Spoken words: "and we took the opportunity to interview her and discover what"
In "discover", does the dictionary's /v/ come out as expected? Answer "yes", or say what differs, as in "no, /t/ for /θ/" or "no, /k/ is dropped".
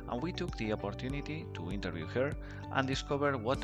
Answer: no, /b/ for /v/